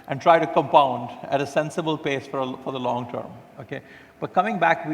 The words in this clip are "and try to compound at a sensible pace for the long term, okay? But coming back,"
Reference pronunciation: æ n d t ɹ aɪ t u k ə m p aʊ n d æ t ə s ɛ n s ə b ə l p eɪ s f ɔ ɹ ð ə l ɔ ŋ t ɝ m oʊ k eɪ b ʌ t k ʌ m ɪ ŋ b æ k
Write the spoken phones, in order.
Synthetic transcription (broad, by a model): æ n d t ɹ aɪ t u k ə m p aʊ n d æ t ə s ɛ n s ə b ə l p eɪ s f ɔ ɹ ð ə l ɔ ŋ t ɝ m oʊ k eɪ b ʌ t k ʌ m ɪ ŋ b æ k